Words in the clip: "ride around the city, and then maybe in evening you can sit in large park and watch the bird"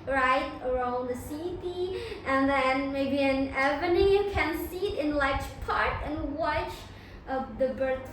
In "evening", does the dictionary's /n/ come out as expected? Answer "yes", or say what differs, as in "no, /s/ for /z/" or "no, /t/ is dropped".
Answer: no, /n/ is dropped